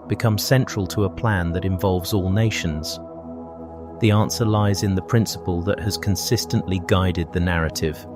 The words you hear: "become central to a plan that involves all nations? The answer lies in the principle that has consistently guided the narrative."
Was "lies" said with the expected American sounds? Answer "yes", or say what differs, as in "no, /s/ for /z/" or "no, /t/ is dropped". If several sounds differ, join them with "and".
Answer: yes